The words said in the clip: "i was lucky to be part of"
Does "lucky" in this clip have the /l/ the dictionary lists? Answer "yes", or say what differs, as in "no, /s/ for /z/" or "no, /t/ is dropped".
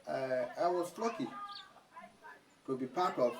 yes